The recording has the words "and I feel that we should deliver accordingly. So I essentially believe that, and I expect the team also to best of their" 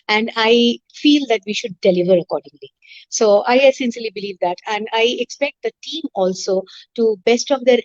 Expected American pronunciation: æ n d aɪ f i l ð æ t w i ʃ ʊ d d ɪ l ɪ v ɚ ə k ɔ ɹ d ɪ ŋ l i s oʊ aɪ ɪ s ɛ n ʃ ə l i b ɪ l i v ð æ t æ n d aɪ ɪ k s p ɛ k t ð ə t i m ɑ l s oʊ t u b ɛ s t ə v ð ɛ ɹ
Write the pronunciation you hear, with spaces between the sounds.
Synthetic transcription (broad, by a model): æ n d aɪ f i l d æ t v i ʃ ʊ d d ɪ l ɪ v ɚ ə k ɔ ɹ d ɪ ŋ l i s oʊ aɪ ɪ s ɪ n s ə l i b ɪ l i v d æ t æ n d aɪ ɪ k s p ɛ k t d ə t i m ɑ l s oʊ t u b ɛ s t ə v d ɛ ɹ